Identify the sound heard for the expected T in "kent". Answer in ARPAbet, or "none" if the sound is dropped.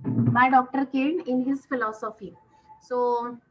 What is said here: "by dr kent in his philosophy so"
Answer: none